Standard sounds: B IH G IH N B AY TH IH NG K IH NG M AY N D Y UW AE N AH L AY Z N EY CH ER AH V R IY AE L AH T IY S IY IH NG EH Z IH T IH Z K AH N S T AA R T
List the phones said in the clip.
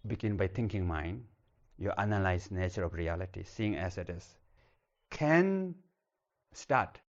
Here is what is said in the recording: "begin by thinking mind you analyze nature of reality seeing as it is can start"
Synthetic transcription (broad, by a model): B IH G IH N B AY T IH NG K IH NG M AY N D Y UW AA N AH L AY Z N EY CH ER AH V R IY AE L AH T IY S IY IH NG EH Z IH T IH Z K AH N S T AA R T